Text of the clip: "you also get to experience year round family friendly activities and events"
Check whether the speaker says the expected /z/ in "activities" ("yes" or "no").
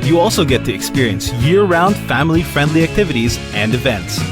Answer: yes